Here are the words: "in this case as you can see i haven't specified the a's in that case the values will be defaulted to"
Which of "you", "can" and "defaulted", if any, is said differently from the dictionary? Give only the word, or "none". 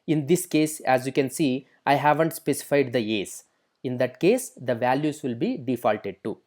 none